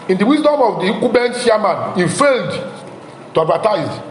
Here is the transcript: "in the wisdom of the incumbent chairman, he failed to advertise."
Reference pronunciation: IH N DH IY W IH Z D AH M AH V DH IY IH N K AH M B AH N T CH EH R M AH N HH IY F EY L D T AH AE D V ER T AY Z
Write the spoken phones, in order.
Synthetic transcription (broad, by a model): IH N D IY W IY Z D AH M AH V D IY K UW B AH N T SH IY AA M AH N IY F EY L D T AH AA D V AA T AY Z